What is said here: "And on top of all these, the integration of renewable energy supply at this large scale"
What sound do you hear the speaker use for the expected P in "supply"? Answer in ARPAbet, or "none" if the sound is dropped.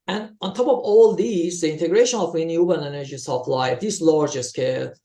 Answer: F